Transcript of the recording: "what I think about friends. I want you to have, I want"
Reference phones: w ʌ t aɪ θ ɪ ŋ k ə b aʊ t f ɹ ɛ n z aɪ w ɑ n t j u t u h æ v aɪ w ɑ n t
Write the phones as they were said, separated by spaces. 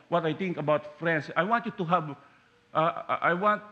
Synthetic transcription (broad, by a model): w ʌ t aɪ t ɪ ŋ k ə b aʊ t f ɹ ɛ n s aɪ w ɑ n t j u t u h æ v aɪ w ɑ n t